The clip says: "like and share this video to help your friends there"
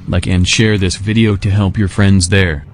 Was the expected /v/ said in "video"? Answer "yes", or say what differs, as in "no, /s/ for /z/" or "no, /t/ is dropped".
yes